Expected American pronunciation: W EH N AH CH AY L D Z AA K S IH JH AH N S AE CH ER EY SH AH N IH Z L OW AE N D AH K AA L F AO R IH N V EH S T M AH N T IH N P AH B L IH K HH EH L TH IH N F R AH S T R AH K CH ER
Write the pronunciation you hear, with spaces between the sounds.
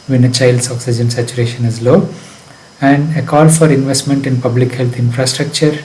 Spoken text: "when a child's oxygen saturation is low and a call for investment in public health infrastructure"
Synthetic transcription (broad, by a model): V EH N AH CH AY L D S AA K S IH JH AH N S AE CH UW EY SH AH N IH Z L OW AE N D AH K AA L F AO R IH N V EH S T M AH N T IH N P AH B L IH K HH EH L T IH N F R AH S T R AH K CH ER